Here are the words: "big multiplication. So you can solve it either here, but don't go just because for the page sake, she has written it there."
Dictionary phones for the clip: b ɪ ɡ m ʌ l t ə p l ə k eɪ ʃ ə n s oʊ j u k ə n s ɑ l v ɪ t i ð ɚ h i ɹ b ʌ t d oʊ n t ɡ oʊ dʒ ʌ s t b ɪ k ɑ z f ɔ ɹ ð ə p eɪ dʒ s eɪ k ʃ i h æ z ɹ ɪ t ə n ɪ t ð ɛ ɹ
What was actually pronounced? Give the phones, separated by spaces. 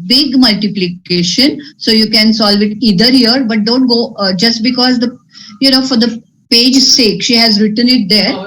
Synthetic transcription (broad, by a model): b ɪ ɡ m ʌ l t ə p l ə k eɪ ʃ ə n s oʊ j u k ə n s ɑ l v ɪ t i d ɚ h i ɹ b ʌ t d oʊ n t ɡ oʊ dʒ ʌ s t b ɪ k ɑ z f ɔ ɹ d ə p eɪ dʒ s eɪ k ʃ i h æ z ɹ ɪ t ə n ɪ t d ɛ ɹ